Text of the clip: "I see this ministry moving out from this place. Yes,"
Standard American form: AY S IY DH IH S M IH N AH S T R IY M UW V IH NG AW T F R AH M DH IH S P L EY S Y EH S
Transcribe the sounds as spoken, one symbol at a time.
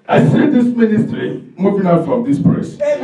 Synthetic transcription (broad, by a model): AY S IY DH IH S M IH N AH S T R IY M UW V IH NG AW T F R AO M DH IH S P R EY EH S